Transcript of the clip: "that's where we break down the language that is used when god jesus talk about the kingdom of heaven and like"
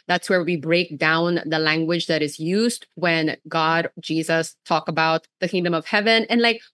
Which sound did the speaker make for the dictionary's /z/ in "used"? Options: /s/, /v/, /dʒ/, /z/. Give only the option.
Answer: /z/